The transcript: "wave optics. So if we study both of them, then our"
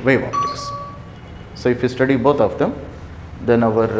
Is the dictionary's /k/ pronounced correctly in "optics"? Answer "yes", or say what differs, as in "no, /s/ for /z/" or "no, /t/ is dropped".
no, /k/ is dropped